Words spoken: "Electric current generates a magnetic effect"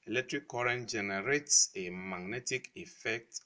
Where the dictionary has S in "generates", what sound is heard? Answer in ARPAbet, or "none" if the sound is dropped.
S